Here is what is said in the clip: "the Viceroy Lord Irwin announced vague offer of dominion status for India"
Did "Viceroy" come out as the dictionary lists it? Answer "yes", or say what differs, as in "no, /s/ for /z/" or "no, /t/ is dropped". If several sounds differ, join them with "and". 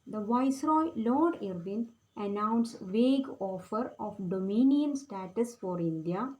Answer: yes